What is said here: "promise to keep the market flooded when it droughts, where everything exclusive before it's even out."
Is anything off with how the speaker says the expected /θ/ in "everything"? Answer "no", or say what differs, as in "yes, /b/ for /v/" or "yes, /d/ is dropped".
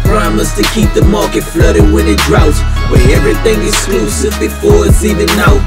no